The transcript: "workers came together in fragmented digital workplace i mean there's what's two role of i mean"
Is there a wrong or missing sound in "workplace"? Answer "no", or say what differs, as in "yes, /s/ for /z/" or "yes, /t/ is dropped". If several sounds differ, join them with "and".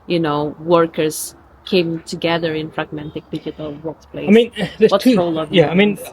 yes, /s/ is dropped